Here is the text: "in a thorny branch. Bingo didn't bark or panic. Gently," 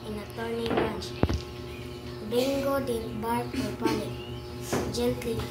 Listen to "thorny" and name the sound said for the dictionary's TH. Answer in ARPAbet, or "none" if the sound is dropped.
T